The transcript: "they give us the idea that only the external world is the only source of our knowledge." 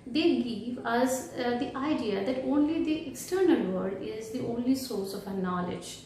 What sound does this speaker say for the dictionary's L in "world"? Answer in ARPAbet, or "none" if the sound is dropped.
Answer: none